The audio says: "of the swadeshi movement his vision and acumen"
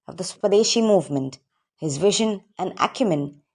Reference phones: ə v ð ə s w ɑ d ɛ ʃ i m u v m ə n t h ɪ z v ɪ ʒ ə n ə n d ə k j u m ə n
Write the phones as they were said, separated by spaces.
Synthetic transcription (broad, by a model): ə v ð ə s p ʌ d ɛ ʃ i m u v m ə n t h ɪ z v ɪ ʒ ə n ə n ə k j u m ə n